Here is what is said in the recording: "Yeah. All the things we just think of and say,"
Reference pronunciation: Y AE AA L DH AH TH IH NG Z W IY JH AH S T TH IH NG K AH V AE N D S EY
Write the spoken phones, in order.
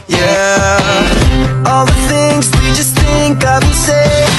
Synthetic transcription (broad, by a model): Y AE AA L DH AH TH IH NG Z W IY JH AH S T TH IH NG K AH V S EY